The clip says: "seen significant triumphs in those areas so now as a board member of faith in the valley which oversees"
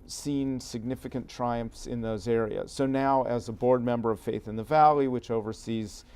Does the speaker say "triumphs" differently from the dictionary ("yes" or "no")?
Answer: no